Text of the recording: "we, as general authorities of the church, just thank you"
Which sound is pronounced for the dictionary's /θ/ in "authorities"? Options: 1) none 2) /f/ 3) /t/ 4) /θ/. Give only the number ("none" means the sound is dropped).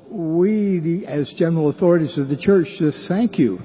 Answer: 4